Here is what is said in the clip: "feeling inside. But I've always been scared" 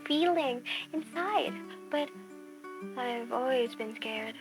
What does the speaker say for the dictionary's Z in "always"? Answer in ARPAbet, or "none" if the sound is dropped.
Z